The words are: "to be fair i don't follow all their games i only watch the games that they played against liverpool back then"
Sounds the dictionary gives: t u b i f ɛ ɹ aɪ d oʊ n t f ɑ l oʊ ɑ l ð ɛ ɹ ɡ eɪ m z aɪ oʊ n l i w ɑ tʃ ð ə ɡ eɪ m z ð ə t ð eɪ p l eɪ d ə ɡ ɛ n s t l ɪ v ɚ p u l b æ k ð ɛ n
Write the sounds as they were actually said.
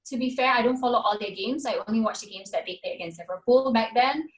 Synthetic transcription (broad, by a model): t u b i f ɛ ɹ aɪ d oʊ n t f ɑ l oʊ ɑ l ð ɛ ɡ eɪ m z aɪ oʊ n l i w ɑ tʃ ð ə ɡ eɪ m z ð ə t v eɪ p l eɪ ə ɡ ɛ n s t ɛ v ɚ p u l b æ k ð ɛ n